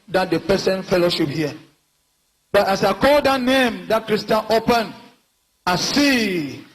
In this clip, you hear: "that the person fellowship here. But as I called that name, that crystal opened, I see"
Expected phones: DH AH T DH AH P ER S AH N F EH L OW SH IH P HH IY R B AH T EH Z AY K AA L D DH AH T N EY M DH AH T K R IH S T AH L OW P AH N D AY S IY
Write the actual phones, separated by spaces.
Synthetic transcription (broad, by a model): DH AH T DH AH P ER S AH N F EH L OW SH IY P HH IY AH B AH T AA S AY K AA L D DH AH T N EY M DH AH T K R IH S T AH N OW P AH N AY S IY